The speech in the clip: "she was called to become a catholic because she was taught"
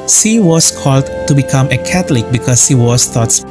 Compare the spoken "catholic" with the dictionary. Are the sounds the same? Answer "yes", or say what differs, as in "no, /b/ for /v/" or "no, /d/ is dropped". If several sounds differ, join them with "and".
no, /t/ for /θ/